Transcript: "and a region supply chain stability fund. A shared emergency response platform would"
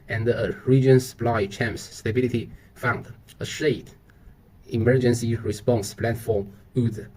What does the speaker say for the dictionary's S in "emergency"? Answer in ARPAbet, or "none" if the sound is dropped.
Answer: S